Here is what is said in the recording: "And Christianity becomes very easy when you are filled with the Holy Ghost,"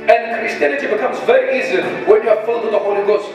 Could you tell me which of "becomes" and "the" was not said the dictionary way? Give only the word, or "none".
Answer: none